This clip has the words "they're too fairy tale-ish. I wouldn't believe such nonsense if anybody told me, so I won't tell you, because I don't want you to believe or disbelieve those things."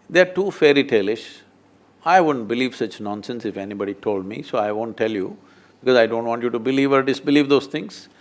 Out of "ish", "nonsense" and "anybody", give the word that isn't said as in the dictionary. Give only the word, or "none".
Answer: none